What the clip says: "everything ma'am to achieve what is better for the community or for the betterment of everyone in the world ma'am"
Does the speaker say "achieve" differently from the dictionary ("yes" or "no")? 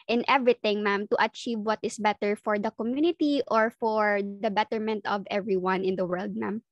no